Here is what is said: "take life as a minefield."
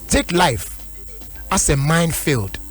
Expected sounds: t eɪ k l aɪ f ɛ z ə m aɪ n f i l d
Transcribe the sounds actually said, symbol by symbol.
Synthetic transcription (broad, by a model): t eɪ k l aɪ f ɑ s ə m aɪ n f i l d